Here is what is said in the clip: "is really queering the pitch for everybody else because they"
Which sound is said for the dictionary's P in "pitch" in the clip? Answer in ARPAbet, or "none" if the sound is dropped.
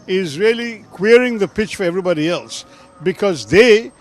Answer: P